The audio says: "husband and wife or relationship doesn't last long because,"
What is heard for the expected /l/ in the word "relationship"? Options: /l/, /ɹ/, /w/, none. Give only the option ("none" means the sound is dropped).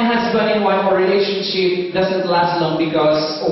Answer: /l/